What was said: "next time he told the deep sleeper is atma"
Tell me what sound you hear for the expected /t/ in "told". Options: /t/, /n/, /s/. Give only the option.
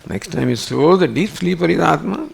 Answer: /s/